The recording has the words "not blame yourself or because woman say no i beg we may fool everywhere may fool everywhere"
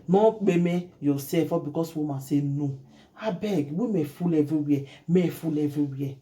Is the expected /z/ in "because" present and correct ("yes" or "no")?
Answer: no